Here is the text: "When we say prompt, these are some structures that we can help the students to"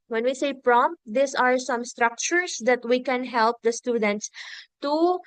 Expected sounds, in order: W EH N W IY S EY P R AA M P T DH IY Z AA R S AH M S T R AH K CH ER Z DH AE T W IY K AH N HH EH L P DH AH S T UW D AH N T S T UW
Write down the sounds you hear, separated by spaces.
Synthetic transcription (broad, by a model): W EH N W IY S EY P R AA M P T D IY S AA R S AH M S T R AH K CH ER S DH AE T W IY K AH N HH EH L P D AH S T UW D AH N T S T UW